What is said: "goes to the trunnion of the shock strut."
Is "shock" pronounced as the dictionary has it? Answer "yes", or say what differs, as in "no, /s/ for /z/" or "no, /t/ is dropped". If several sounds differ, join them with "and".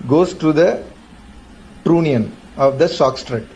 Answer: no, /s/ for /ʃ/